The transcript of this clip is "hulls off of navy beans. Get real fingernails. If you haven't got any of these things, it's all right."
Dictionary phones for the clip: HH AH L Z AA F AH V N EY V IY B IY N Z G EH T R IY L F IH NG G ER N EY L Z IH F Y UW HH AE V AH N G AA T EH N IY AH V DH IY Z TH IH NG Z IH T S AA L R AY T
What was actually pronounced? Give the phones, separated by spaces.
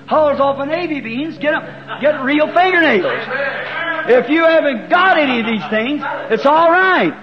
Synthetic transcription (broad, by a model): HH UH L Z AA F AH N EY V IY B IY N Z G EH T R IY L F IH NG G ER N EY L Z IH F Y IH HH AE V AH N G AA T EH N IY AH V DH IY Z TH IH NG Z IH T S AA L R AY T